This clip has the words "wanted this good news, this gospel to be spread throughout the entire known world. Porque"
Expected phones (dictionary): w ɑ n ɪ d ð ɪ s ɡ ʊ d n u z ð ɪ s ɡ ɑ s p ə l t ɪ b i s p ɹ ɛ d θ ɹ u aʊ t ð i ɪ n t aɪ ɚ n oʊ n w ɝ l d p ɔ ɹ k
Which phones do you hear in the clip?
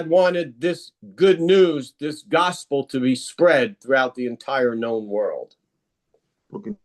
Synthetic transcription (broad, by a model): w ɑ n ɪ d ð ɪ s ɡ ʊ d n u z ð ɪ s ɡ ɑ s p l t ɪ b i s p ɹ ɛ d θ ɹ u aʊ t ð i ɪ n t aɪ ɚ n oʊ n w ɝ l d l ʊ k